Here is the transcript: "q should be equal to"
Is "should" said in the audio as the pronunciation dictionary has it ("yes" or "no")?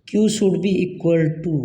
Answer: no